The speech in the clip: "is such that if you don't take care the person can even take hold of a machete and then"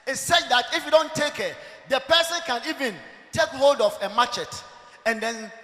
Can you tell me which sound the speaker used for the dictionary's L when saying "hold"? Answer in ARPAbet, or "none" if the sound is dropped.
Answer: L